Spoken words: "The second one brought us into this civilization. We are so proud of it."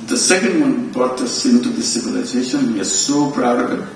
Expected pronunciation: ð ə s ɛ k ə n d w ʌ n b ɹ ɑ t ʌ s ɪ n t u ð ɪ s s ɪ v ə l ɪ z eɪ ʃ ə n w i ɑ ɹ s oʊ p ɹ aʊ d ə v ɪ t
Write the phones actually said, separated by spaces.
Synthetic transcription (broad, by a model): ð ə s ɛ k ə n d w ʌ n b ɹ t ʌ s ɪ n t u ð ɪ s s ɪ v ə l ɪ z eɪ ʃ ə n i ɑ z s oʊ p ɹ aʊ d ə b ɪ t